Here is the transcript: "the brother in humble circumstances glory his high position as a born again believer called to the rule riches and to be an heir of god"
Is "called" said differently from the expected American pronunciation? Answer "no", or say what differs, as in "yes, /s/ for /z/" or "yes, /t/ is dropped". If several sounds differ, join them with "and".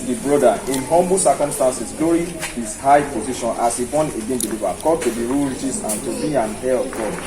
yes, /l/ is dropped